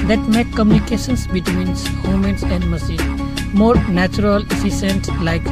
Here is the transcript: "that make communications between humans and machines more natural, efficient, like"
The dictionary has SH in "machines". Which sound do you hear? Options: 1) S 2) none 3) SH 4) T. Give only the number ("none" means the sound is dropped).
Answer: 1